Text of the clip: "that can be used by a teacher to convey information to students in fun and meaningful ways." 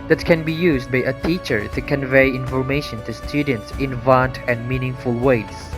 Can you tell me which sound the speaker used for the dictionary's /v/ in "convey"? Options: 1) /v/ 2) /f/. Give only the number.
1